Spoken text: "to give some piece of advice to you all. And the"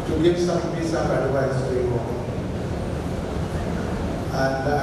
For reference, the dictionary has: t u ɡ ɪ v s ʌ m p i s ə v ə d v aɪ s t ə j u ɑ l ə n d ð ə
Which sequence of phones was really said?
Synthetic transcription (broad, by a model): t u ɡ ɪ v s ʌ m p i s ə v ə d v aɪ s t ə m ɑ n ə n d